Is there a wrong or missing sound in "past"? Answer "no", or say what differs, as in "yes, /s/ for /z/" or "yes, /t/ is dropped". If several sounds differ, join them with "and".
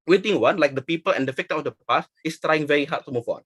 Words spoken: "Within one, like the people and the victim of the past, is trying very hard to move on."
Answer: yes, /t/ is dropped